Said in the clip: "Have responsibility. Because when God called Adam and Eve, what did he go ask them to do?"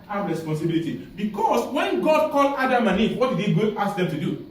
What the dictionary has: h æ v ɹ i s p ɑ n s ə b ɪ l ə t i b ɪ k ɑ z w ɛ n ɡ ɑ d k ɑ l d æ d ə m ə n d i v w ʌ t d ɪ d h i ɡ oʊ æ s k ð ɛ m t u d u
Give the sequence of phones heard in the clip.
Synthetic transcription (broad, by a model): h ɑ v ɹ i s p ɑ n s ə b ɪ l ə t i b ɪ k ɑ s w ɛ n ɡ ɑ d k ɑ l ɑ d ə m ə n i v w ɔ t d ɪ d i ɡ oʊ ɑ s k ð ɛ m t u d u